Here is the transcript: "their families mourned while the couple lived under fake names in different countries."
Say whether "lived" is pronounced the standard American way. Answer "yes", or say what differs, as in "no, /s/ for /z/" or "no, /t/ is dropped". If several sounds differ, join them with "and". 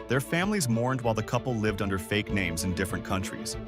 yes